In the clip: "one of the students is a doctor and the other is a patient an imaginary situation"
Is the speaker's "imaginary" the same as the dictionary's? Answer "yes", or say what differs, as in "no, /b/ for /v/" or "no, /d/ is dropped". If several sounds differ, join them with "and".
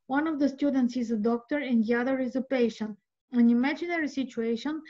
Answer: yes